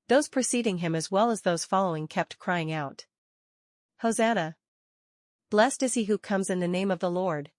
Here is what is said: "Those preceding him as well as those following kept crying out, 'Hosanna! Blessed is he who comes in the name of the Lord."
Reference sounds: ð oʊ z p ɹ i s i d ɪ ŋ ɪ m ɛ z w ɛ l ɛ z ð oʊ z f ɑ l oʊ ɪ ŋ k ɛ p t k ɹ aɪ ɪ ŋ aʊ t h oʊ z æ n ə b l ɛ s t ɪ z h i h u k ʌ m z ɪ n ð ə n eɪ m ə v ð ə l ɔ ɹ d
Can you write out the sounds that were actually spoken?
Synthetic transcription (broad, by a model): ð oʊ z p ɹ i s i d ɪ ŋ ɪ m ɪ z w ɛ l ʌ z ð oʊ z f ɑ l oʊ ɪ ŋ k ɛ p t k ɹ aɪ ɪ ŋ aʊ t h oʊ z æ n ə b l ɛ s t ɪ z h i h u k ʌ m z ɪ n ð ə n eɪ m ə v ð ə l ɔ ɹ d